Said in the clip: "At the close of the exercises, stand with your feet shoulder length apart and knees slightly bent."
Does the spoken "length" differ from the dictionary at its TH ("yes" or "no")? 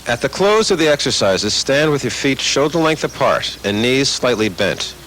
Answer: no